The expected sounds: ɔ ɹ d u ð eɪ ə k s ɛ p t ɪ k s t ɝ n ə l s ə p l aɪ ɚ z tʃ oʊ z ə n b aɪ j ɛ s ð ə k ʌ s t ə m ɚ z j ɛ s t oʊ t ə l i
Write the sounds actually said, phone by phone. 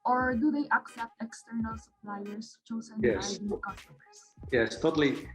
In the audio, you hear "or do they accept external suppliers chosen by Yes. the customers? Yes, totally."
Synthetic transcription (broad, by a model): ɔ ɹ d u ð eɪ ə k s ɛ p t ɪ k s t ɝ n ə l s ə p l aɪ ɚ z tʃ oʊ z ə n j ɛ s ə k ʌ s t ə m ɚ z j ɛ s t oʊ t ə l i